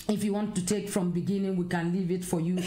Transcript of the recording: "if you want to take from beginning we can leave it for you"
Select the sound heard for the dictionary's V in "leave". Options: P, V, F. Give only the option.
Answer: V